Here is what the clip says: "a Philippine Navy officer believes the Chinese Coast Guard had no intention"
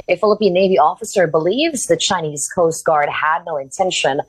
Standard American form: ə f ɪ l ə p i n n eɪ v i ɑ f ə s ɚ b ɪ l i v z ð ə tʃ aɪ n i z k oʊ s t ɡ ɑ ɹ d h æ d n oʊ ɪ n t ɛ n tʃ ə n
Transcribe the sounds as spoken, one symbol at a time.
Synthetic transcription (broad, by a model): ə f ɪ l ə p i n n eɪ v i ɑ f ə s ɚ b ɪ l i v z ð ə tʃ aɪ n i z k oʊ s t ɡ ɑ ɹ d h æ d n oʊ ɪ n t ɛ n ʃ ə n